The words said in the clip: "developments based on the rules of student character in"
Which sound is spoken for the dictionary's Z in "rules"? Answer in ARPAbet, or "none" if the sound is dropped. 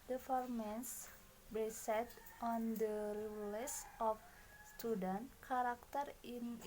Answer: S